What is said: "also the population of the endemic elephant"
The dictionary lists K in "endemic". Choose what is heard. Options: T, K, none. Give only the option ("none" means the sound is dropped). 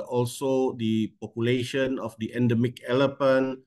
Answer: K